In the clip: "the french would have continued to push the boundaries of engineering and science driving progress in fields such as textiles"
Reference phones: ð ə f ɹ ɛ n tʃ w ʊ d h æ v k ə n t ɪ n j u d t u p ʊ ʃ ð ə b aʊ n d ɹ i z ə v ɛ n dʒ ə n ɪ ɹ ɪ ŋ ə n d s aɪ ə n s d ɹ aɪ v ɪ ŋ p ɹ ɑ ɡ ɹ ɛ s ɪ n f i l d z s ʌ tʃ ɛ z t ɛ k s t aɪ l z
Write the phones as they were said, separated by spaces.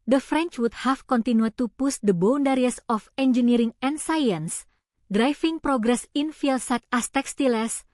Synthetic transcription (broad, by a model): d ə f ɹ ɛ n tʃ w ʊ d h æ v k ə n t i n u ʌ t u p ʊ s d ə b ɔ n d ɹ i s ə f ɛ n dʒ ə n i ɹ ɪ ŋ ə n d s aɪ ə n s d ɹ aɪ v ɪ ŋ p ɹ ɑ ɡ ɹ ɛ s ɪ n f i l s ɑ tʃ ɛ s t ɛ k s t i l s